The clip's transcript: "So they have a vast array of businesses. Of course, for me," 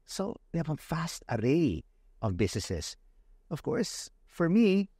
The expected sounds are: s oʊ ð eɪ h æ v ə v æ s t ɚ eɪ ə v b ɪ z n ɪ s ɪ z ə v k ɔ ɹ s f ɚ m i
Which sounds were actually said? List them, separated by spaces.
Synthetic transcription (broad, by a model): s oʊ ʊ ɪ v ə f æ s t ɚ eɪ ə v b ɪ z n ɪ s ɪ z ə v k ɔ ɹ s f ɚ m i